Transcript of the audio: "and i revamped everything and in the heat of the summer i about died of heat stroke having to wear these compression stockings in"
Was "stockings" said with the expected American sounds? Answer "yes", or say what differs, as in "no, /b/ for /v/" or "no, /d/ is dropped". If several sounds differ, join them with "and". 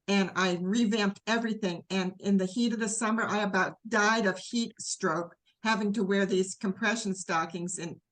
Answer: yes